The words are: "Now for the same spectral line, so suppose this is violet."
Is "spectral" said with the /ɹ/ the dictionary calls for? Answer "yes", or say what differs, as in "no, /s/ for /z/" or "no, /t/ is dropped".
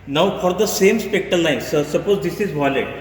no, /ɹ/ is dropped